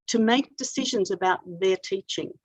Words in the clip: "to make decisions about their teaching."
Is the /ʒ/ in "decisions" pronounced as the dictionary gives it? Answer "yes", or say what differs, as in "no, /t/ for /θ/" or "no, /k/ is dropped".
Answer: yes